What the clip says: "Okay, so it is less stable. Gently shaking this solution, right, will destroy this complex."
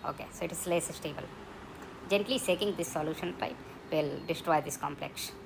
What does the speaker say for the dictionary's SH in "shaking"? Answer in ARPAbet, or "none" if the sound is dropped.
S